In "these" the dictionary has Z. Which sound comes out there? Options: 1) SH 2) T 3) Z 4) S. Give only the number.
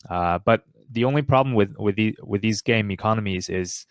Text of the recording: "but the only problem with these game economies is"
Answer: 3